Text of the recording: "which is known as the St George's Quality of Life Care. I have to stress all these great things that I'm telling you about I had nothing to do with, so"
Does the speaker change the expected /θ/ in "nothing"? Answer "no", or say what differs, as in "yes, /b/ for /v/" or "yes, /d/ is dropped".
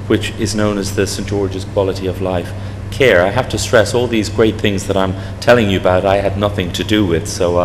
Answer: no